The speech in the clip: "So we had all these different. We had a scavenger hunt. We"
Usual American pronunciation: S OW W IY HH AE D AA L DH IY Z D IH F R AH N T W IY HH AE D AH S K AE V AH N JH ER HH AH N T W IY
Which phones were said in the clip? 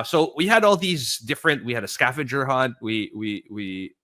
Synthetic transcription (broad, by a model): S OW W IY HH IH D AA L DH IY Z D IH F R AH N T W IY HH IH D AH S K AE F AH JH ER HH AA N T W IY